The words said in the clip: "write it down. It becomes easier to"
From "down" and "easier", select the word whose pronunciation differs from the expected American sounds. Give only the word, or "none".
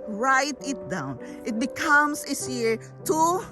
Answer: easier